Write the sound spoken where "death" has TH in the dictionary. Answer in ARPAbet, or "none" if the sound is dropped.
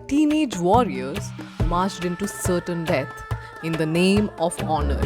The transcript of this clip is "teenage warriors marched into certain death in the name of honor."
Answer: T